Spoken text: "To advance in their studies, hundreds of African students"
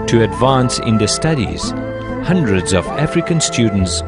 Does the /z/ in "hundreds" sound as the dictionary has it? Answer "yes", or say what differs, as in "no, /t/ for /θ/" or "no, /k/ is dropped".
yes